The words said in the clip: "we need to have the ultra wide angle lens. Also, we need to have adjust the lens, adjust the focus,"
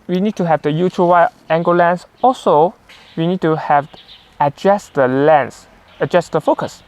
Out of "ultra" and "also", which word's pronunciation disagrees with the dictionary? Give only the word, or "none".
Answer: ultra